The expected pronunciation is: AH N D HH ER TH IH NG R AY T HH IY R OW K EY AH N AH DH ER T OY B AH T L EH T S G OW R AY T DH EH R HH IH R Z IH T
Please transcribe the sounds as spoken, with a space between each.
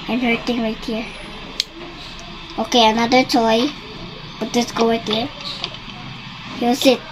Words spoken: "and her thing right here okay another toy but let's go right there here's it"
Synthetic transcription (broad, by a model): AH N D HH ER T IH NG R AY T HH IY R OW K EY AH N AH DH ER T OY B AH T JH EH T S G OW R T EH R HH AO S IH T